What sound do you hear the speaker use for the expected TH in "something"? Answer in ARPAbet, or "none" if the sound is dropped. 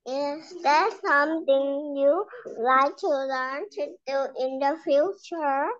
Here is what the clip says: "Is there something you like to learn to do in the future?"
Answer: T